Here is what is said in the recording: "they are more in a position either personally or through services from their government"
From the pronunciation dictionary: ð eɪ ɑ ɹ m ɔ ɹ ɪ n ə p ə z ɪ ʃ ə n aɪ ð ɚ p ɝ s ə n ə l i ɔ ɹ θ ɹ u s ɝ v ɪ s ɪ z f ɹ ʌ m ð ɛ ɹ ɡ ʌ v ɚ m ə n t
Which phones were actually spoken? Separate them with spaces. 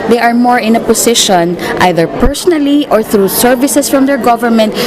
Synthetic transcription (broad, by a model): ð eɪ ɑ ɹ m ɔ ɹ ɪ n ə p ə s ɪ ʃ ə n aɪ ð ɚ p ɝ s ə n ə l i ɔ ɹ θ ɹ u s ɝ v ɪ s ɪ s f ɹ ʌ m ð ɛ ɹ ɡ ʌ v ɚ m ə n t